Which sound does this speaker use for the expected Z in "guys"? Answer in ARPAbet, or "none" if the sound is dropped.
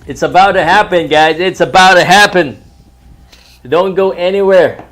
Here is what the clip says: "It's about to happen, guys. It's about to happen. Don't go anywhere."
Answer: Z